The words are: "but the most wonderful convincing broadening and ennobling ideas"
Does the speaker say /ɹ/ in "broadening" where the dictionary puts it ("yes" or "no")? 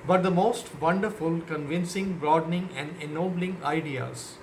yes